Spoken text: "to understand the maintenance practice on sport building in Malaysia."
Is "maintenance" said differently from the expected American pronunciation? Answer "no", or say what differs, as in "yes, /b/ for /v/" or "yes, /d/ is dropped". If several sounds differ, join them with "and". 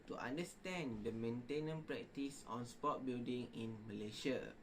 yes, /s/ is dropped